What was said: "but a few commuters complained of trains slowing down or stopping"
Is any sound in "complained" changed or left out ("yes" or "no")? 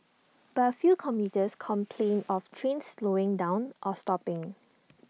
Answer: yes